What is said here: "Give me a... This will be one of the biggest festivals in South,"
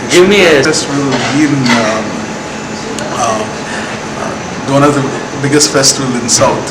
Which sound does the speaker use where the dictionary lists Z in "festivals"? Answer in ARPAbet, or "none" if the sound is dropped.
none